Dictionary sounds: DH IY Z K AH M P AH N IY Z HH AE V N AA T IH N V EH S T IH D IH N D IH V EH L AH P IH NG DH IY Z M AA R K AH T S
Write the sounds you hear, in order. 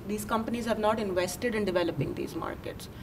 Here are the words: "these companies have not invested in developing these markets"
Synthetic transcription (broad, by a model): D IY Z K AH M P AH N IY Z HH AE V N AA T IH N V EH S T IH D IH N D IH V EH L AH P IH NG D IY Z M AA R K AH T S